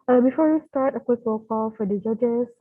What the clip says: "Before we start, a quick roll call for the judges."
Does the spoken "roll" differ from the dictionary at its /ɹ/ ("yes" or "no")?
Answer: yes